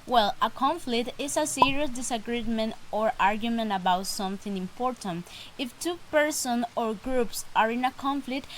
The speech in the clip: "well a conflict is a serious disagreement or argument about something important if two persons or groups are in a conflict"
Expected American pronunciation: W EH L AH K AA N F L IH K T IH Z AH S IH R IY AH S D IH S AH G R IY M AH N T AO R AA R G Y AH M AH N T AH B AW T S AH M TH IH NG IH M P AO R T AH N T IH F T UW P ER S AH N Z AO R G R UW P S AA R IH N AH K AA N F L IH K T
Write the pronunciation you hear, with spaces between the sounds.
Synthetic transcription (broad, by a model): W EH L AH K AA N F L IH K T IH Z AH S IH R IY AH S D IH S AH G R IY M AH N T AO R AA R G Y AH M AH N T AH B AW T S AH M TH IH NG IH M P AO R T AH N T IH F T UW P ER S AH N AO R G R UW P S AA R IH N AH K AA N F L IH K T